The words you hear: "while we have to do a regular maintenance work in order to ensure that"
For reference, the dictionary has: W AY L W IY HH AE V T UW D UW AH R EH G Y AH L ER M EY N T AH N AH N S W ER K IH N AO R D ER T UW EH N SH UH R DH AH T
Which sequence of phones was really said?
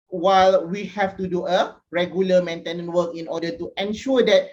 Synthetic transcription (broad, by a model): W AY L W IY HH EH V T UW D UW AH R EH G Y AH L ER M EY N T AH N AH N W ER K IH N AO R D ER T UW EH N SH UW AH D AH T